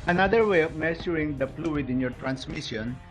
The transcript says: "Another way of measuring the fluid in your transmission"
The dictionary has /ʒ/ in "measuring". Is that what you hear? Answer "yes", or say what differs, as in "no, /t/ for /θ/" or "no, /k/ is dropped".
no, /s/ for /ʒ/